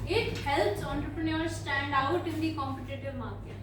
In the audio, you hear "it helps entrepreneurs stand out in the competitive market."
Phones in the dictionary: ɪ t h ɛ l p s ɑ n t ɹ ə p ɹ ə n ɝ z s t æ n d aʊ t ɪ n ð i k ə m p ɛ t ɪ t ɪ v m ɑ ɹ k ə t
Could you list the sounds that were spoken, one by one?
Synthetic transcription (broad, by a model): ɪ t h ɛ l p s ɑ n t ɹ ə p ɹ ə n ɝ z s t æ n d aʊ t ɪ n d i k ə m p ɛ t ɪ t ɪ v m ɑ ɹ k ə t